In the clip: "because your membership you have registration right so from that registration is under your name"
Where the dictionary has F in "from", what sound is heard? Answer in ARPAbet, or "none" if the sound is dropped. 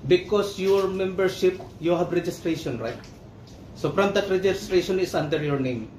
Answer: P